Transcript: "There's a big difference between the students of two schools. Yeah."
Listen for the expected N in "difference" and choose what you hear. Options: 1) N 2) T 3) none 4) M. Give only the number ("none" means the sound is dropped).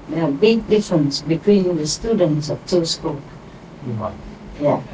1